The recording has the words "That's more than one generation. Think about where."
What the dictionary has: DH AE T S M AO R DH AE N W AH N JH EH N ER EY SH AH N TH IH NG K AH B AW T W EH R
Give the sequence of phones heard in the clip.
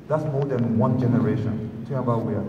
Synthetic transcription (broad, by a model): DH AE T S M AO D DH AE N W AH N JH EH N ER EY SH AH N T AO K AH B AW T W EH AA